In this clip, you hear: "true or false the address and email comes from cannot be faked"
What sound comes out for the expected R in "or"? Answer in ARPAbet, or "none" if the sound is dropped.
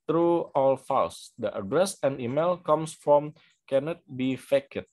L